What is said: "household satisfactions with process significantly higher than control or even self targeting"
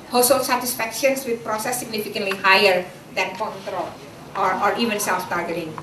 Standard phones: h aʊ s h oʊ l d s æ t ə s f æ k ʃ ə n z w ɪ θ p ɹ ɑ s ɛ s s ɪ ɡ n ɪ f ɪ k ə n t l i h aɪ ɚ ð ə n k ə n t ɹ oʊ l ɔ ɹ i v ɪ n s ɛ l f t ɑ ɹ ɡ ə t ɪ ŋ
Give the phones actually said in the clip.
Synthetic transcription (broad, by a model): h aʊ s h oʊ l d s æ t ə s f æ k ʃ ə n s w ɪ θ p ɹ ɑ s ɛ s s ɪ ɡ n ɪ f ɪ k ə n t l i h aɪ ɚ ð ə n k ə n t ɹ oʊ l ɔ ɹ i v ɪ n s ɛ l f t ɑ ɹ ɡ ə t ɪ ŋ